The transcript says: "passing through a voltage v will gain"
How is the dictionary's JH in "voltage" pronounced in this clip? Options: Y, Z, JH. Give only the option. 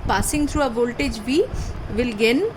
JH